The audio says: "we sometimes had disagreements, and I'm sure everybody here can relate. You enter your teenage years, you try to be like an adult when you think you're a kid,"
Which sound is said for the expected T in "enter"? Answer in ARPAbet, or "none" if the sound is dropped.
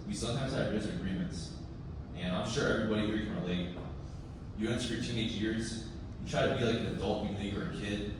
S